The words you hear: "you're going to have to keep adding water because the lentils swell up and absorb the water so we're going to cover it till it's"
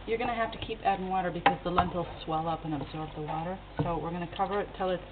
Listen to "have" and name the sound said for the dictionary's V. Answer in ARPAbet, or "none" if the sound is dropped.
F